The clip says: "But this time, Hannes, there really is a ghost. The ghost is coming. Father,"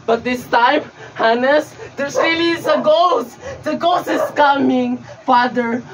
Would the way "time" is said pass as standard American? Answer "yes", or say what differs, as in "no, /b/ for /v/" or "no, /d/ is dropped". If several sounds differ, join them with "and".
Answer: yes